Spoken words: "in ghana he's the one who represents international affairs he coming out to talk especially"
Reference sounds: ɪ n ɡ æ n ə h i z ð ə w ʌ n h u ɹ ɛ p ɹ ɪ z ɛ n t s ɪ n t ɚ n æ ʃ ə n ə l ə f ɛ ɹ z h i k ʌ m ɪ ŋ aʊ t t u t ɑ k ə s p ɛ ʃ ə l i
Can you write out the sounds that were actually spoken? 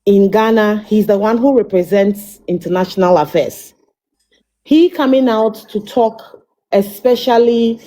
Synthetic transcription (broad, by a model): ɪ n ɡ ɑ n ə h i z ð ə w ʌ n h u ɹ ɛ p ɹ ɪ z ɛ n t s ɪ n t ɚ n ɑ ʃ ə n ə l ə f ɛ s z h i k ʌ m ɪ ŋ aʊ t t u t ɑ k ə s p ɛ ʃ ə l i